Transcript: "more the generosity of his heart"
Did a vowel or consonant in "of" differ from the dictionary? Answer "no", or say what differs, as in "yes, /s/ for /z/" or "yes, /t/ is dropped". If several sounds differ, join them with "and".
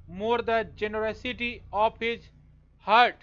yes, /p/ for /v/